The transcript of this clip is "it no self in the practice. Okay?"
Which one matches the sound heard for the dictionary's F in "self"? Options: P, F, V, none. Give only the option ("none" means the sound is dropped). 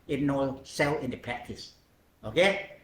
none